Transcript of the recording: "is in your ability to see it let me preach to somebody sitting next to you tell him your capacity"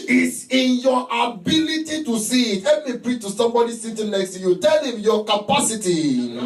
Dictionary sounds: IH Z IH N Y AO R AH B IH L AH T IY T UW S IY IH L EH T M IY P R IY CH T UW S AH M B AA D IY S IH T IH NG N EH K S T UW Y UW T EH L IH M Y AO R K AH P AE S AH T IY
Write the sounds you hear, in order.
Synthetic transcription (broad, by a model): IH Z IH N Y AO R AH B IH L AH T IY T UW S IY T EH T M IY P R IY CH T UW S AH M B AA D IY S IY T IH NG N EH K S T UW Y UW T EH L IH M Y AO K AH P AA S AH T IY